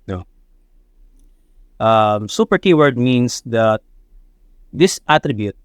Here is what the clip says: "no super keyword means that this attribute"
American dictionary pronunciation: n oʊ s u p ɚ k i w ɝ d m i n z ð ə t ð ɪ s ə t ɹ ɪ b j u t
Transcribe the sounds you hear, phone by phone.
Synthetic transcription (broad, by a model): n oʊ s u p ɚ k i w ɝ d m i n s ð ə t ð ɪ s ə t ɹ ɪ b j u t